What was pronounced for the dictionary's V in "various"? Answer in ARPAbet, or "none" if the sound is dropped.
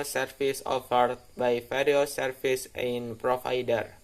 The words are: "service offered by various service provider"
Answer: F